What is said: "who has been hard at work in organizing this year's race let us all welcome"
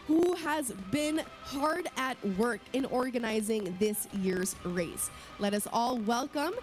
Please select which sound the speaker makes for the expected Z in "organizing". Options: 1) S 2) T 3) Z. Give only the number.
3